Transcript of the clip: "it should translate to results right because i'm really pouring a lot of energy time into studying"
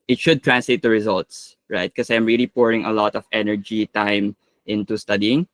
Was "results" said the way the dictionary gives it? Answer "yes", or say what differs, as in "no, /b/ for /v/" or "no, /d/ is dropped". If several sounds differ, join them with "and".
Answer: yes